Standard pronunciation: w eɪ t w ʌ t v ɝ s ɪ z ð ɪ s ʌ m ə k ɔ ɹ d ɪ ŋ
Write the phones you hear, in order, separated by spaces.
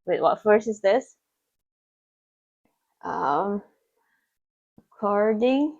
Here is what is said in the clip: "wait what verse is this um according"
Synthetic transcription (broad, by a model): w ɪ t w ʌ t f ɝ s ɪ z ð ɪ s ʌ m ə k ɔ ɹ d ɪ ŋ